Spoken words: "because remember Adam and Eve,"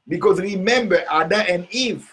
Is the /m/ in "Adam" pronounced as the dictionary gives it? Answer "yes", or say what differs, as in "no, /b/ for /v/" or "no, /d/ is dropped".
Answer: no, /m/ is dropped